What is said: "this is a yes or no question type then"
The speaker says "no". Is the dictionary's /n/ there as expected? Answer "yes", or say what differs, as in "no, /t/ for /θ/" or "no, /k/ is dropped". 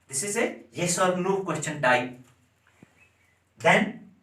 no, /l/ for /n/